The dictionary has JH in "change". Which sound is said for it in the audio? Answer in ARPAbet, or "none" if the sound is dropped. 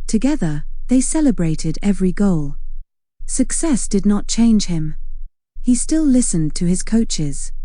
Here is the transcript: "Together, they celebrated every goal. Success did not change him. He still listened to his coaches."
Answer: ZH